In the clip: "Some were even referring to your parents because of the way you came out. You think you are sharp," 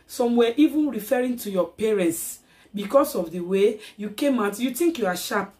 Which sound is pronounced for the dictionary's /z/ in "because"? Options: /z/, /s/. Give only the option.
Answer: /s/